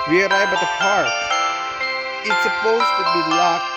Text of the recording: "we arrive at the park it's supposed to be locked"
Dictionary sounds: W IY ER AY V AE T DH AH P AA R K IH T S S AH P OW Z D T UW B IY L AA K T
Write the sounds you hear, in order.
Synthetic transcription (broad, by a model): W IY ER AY B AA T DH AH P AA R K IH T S S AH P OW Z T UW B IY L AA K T